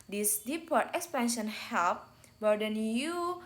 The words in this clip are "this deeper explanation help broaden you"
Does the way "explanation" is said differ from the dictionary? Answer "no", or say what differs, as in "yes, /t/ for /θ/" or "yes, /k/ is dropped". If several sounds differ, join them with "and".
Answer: yes, /l/ is dropped